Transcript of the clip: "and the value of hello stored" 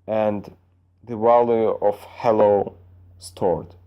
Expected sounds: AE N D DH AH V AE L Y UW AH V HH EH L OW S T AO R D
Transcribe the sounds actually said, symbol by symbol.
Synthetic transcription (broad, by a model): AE N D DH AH W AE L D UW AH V HH EH L OW S T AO R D